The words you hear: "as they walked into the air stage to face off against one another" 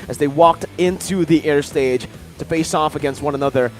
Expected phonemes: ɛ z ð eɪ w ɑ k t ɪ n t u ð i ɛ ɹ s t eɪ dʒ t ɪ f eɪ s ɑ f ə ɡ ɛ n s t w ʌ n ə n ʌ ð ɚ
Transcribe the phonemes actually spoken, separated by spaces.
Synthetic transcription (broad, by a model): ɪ z ð eɪ w ɑ k t ɪ n t u ð i ɛ ɹ s t eɪ dʒ t ɪ f eɪ s ɑ f ə ɡ ɛ n s t w ʌ n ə n ʌ ð ɚ